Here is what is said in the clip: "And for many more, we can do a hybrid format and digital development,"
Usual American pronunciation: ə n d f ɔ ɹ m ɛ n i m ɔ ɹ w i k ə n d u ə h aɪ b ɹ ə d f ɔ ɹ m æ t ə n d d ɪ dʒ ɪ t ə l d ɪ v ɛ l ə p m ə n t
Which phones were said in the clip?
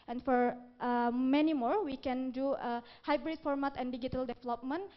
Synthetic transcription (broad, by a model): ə n f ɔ ɹ m ɛ n i m ɔ ɹ w i k ə n d u ə h aɪ b ɹ ə d f ɔ ɹ m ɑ t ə n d d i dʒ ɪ t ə l d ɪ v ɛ l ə p m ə n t